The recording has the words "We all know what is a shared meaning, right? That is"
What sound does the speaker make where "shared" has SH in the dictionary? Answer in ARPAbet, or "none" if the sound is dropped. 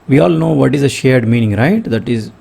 SH